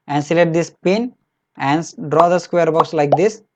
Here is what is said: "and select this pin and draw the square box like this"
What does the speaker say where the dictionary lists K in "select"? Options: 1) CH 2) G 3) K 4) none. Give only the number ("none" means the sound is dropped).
4